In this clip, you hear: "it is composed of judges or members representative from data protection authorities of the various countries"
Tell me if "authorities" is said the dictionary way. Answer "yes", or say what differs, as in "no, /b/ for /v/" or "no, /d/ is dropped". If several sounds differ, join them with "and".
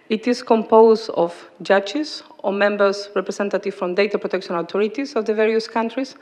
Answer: no, /t/ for /θ/